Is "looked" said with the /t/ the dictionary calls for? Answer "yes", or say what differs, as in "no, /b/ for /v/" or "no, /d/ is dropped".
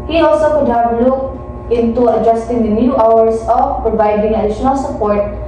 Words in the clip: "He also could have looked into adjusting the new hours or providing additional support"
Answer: no, /t/ is dropped